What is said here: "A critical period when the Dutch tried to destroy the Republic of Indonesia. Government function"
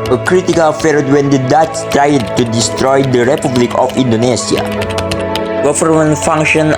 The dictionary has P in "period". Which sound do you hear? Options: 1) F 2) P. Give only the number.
1